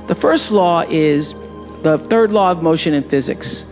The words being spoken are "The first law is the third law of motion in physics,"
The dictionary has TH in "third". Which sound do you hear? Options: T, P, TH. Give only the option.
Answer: TH